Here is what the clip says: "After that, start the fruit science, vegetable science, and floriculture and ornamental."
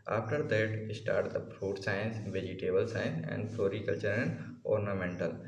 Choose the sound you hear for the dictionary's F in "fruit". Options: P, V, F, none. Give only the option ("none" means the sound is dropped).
P